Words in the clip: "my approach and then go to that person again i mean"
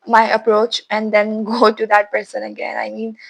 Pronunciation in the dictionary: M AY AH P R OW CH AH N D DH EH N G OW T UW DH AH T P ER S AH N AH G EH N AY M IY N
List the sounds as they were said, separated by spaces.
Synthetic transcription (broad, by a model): M AY AH P R OW CH AH N D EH N G OW T UW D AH T P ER S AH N AH G EH N AY M IY N